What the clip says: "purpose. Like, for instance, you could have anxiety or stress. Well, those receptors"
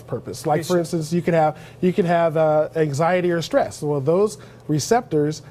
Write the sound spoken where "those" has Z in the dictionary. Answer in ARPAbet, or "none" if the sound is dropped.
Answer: Z